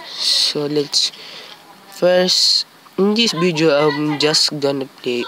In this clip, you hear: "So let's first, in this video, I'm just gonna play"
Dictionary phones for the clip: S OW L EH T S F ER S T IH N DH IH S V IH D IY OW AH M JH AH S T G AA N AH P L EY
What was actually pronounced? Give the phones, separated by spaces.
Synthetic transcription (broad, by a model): S OW L EH T S F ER S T IH N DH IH S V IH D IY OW AH M JH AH S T G AA N AH P L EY